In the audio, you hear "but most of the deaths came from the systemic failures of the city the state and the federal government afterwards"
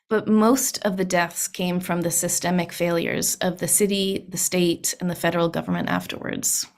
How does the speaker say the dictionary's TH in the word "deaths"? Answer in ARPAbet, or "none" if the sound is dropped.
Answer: TH